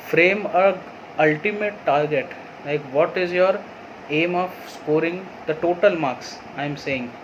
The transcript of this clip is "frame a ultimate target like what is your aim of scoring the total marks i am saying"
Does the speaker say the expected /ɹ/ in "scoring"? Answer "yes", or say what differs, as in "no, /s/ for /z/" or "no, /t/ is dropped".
yes